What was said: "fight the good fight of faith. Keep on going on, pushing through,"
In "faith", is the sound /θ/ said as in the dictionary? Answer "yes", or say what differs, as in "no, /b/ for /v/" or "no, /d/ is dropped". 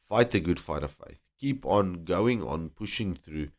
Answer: yes